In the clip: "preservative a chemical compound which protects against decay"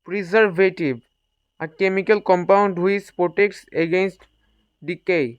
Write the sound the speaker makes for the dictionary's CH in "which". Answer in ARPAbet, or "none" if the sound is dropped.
S